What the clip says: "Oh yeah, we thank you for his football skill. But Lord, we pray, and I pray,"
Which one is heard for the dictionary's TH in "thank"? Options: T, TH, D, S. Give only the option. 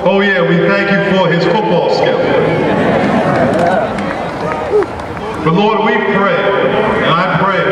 TH